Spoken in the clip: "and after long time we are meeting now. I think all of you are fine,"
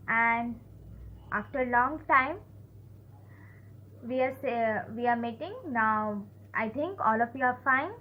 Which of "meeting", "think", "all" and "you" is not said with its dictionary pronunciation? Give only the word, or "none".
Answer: think